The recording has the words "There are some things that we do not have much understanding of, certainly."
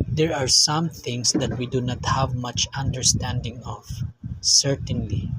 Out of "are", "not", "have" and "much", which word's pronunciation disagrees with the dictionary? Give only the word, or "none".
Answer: none